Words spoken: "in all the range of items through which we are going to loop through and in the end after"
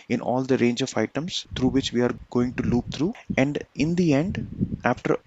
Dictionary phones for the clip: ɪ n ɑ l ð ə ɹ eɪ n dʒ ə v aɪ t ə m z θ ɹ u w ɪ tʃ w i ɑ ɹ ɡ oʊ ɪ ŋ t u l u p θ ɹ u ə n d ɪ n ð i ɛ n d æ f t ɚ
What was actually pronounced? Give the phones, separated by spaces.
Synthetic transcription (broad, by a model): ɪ n ɑ l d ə ɹ eɪ n dʒ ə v aɪ t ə m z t ɹ u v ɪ tʃ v i ɑ ɹ ɡ oʊ ɪ ŋ t u l u p t ɹ u ə n d ɪ n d i ɛ n d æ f t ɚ